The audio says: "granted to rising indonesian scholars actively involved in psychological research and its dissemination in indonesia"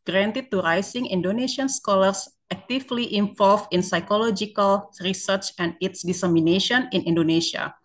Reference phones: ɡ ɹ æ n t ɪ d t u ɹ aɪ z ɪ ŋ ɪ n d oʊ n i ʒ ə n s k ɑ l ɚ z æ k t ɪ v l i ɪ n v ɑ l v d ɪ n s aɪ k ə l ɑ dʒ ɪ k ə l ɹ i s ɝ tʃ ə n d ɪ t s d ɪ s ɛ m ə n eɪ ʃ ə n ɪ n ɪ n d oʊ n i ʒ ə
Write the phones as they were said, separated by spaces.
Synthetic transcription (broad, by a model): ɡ ɹ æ n t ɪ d t u ɹ aɪ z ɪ ŋ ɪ n d oʊ n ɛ ʃ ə n s k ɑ l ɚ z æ k t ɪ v l i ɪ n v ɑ l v ɪ n s aɪ k ə l ɑ dʒ ɪ k ə l ɹ i s ɝ tʃ ə n d ɪ t s d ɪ s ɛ m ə n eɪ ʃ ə n ɪ n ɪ n d oʊ n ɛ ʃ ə